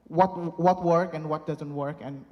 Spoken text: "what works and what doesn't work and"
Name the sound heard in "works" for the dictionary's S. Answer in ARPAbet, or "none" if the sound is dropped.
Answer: none